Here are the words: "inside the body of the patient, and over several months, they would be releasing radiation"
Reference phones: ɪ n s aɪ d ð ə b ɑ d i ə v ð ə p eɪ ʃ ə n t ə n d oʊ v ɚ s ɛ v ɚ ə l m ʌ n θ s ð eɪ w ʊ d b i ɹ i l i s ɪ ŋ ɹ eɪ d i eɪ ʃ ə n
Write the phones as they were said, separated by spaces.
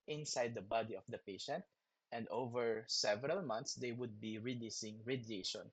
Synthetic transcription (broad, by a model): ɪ n s aɪ d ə b ɑ d i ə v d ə p eɪ ʃ ə n t ə n d oʊ v ɚ s ɛ v ɚ ə l m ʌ n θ s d eɪ w ʊ d b i ɹ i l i s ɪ ŋ ɹ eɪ d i eɪ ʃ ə n